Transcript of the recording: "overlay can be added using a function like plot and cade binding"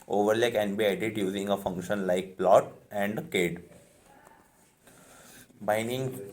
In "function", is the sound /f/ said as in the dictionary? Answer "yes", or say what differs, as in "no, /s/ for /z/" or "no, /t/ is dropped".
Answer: yes